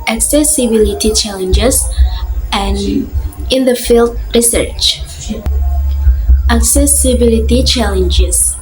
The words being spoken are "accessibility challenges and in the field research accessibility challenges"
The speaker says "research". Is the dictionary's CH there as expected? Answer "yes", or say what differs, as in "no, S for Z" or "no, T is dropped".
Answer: yes